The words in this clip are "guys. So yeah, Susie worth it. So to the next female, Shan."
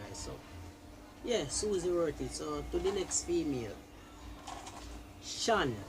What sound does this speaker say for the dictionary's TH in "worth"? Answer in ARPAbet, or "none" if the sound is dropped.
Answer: T